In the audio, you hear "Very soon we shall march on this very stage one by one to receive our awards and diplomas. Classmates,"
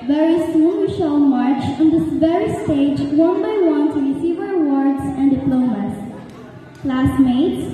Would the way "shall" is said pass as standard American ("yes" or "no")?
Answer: no